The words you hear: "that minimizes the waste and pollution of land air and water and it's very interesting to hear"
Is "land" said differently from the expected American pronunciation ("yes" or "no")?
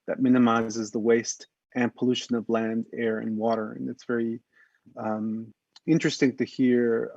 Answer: no